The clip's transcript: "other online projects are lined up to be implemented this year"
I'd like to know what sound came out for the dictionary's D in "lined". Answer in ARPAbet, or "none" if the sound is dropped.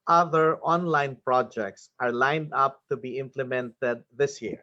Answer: D